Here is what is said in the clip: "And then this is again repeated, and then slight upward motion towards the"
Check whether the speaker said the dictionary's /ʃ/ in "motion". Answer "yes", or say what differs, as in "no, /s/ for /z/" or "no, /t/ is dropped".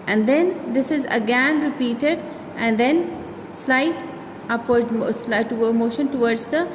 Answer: yes